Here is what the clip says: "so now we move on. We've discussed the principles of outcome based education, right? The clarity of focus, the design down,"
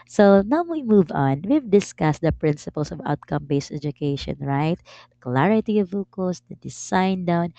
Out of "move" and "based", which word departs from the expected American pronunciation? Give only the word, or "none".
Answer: none